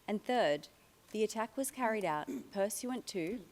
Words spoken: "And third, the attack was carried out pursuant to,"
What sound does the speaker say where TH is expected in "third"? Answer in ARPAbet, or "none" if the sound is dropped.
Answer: TH